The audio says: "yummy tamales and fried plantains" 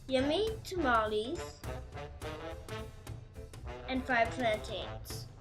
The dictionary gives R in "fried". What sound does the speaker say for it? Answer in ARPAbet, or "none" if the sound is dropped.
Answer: none